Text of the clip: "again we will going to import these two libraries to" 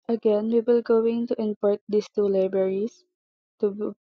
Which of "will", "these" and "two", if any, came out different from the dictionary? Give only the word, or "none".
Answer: these